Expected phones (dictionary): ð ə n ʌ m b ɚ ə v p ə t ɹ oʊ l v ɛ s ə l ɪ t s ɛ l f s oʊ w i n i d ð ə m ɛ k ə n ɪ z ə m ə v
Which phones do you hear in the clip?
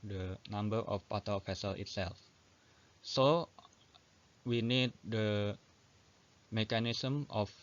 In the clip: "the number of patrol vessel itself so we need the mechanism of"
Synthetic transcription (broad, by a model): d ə n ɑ m b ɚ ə f p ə t oʊ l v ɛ s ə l ɪ t s ɛ l f s oʊ w i n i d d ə m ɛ k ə n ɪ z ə m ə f